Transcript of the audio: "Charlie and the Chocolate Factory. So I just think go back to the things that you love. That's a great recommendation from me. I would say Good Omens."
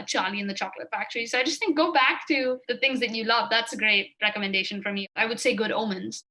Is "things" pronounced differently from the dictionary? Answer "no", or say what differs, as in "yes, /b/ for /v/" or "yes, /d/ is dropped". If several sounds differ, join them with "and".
no